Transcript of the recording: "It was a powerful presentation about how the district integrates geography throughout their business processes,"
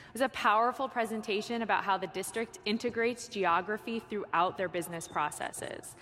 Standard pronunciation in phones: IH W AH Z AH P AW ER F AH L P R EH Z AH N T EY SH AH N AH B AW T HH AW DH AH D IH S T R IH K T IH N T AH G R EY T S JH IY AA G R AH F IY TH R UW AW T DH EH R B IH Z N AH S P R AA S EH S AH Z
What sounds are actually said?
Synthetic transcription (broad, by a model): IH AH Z AH P AW ER F L P R EH Z AH N T EY SH AH N AH B AW T HH AW DH AH D IH S T R IH K T IH N T AH G R EY T S JH IY AA G R AH F IY TH R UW AW T DH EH R B IH Z N AH S P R AA S EH S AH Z